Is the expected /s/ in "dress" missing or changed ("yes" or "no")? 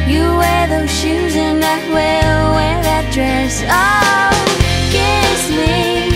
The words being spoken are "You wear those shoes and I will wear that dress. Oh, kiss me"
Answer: no